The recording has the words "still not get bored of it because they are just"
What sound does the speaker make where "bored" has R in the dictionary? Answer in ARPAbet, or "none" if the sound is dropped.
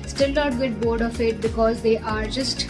R